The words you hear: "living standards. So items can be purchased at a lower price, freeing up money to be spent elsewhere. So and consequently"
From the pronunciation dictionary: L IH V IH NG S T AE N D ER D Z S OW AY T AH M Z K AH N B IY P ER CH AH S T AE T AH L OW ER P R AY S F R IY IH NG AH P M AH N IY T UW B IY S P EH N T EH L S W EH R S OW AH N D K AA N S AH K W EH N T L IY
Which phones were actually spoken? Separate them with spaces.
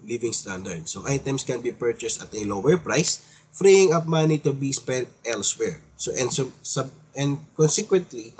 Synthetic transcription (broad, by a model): L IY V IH NG S T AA N D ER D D S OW AY T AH M S K AH N B IY P ER CH AH S T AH T AH L OW ER P R AY S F R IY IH NG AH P M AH N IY T UW B IY S P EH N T EH L S W EH R S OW AH N D K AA N S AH K W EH N T L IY